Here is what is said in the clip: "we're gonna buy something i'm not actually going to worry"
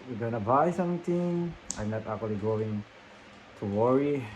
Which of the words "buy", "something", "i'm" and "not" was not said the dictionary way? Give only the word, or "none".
something